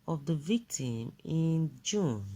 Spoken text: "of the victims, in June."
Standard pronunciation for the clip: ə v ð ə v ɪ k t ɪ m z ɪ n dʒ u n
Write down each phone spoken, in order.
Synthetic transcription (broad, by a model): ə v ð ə v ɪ k t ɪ m ɪ n dʒ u n